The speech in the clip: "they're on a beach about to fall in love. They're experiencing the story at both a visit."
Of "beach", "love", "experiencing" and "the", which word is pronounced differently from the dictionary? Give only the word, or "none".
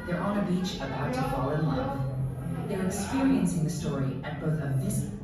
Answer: love